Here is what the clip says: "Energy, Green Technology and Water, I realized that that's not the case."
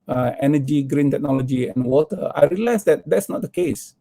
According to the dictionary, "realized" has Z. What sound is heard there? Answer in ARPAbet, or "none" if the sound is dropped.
S